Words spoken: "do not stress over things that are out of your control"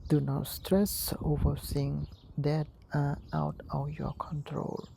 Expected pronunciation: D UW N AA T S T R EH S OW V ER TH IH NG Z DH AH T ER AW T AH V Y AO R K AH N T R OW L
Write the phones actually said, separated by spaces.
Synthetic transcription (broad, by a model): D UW N AA T S T R EH S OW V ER S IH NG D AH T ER AW T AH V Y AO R K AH N T R OW L